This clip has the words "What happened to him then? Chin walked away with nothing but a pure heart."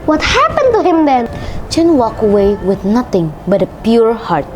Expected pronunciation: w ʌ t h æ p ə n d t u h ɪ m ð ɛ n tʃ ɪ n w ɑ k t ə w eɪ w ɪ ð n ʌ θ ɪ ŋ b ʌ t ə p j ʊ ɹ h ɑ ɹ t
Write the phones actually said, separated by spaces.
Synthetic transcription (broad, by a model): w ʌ t h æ p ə n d t u h ɪ m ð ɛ n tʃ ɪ n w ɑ k ə w eɪ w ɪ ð n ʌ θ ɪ ŋ b ʌ t ə p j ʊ ɹ h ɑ ɹ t